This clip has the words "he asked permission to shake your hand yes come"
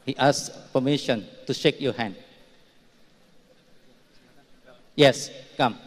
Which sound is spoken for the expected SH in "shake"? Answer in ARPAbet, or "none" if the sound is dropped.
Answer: SH